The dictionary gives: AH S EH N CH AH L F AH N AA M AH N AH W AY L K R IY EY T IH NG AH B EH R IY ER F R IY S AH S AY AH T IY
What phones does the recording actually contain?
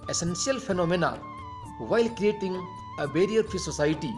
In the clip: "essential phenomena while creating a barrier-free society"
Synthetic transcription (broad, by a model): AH S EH N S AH L F AH N AA M AH N AH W AY L K R IY EY T IH NG AH B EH R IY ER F IY S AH S AY T IY